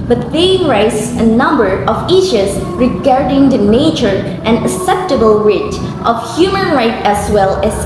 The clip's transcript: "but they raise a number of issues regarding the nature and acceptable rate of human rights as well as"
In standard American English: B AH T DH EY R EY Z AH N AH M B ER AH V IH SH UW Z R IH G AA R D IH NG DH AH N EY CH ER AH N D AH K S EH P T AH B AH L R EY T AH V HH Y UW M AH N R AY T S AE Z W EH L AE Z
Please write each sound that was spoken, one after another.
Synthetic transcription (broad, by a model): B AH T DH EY R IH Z AH N AH M B ER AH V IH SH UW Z R IH G AA R D IH NG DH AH N EY CH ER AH N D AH S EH P T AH B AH L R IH T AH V HH Y UW M AH N R AY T AE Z W EH L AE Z